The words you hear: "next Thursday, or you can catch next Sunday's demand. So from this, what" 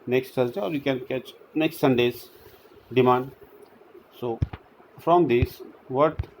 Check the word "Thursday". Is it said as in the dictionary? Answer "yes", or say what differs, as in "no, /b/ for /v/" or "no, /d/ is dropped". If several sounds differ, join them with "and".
no, /s/ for /θ/